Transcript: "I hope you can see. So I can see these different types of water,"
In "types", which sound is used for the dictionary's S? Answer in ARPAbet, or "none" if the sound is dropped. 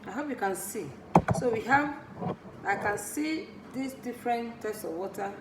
S